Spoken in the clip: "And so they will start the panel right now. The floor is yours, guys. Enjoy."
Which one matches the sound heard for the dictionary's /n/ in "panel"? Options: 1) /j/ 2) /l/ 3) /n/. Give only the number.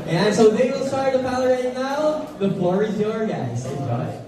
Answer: 2